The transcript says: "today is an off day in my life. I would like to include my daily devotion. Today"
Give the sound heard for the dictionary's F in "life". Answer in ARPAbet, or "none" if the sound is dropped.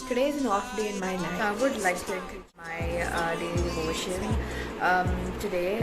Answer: none